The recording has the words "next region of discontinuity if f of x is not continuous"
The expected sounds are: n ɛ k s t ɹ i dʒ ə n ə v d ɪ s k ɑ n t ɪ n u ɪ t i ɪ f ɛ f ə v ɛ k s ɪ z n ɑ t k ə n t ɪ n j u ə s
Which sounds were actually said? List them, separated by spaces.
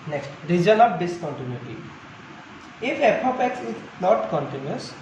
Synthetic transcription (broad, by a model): n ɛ k s t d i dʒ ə l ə p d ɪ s k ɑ n t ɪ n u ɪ t i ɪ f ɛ p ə p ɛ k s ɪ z n ɑ t k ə n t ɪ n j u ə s